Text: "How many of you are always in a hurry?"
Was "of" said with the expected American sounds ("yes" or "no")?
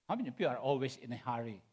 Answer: no